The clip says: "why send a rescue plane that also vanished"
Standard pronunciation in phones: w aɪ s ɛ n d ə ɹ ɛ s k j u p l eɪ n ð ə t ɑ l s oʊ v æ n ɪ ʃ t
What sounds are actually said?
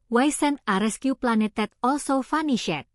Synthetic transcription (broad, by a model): w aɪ s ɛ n ə ɹ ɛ s k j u p l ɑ n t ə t ɑ l s oʊ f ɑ n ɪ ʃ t